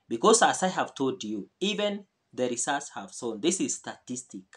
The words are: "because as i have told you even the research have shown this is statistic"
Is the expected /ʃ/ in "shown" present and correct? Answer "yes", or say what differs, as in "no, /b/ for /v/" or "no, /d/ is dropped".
no, /s/ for /ʃ/